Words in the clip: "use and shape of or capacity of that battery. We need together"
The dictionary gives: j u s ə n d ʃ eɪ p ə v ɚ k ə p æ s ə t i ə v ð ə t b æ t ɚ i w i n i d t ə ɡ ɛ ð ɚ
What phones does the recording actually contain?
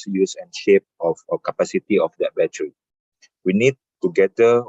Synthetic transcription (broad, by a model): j u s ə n ʃ eɪ p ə f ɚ k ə p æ s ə t i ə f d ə t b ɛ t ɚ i w i n i d t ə ɡ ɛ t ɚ